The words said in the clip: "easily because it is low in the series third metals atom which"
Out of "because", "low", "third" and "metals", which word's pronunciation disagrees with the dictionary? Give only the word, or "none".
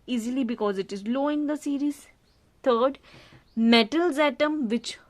third